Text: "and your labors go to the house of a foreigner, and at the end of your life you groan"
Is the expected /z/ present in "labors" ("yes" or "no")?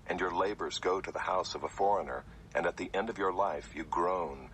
yes